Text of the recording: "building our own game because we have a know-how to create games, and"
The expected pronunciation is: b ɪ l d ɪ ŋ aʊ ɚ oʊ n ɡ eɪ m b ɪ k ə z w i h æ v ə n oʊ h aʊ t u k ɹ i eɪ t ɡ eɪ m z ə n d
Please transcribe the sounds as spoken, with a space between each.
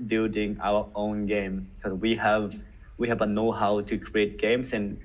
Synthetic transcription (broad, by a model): b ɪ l d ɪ ŋ aʊ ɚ oʊ n ɡ eɪ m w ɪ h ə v w i h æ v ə n oʊ h aʊ t u k ɹ i eɪ t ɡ eɪ m s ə n